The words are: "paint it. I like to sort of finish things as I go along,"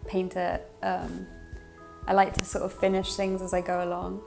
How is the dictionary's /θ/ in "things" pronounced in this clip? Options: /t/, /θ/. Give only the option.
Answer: /θ/